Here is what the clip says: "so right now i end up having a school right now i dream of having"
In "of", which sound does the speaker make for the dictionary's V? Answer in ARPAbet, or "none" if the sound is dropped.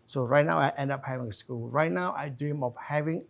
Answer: F